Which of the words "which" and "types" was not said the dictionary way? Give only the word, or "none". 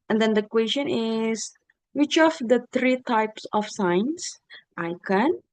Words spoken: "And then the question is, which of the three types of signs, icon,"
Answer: none